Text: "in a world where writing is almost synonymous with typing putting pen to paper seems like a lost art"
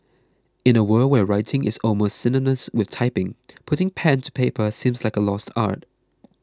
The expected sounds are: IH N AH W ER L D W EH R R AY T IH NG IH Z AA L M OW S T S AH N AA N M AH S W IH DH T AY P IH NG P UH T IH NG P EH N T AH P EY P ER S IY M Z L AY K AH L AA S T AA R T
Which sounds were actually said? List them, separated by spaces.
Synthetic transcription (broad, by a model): IH N AH W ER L W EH R R AY T IH NG IH Z AA L M OW S T S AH N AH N AH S W IH DH T AY P IH NG P UH T IH NG P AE N T AH P EY P ER S IY M Z L AY K AH L AA S T AA R T